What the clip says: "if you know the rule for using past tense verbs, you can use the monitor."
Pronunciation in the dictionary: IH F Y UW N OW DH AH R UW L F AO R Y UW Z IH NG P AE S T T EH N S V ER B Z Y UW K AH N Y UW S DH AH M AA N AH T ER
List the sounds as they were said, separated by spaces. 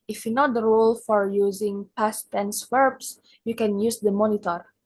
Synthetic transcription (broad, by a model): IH F Y UW N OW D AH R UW L F AO R Y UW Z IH NG P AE S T T EH N S W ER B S Y UW K AH N Y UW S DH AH M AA N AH T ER